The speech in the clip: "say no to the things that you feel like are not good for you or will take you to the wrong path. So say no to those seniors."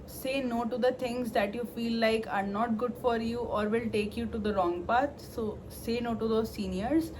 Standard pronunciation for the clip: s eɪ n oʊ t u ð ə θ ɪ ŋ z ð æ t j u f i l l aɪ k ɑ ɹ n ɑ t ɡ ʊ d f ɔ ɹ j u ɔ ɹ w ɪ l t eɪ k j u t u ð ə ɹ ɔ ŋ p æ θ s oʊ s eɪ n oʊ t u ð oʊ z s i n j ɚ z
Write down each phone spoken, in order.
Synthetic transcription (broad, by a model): s eɪ n oʊ t u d ə t ɪ ŋ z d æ t j u f i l l aɪ k ɑ ɹ n ɑ t ɡ ʊ d f ɔ ɹ j u ɔ ɹ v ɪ l t eɪ k j u t u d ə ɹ ɔ ŋ p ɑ t s oʊ s eɪ n oʊ t u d oʊ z s i n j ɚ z